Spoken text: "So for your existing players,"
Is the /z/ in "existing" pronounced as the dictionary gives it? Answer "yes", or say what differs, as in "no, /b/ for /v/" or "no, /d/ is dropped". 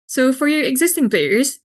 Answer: yes